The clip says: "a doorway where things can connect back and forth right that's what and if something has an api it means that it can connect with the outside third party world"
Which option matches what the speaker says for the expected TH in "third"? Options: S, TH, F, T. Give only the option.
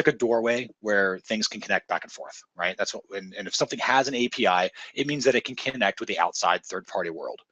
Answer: TH